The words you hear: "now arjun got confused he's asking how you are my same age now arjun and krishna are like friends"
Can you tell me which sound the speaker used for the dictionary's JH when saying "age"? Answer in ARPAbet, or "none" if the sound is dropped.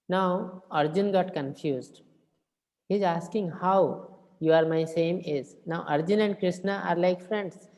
Z